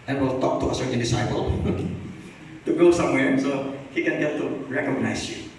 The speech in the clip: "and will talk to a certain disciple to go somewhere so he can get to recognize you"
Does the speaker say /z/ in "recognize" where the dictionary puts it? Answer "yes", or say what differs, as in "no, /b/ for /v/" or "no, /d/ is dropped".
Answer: no, /s/ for /z/